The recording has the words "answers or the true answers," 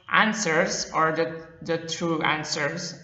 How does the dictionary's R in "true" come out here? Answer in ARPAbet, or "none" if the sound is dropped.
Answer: R